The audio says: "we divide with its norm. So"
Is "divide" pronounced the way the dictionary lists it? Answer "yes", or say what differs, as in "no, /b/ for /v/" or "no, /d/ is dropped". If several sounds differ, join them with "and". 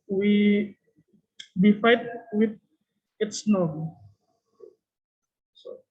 no, /f/ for /v/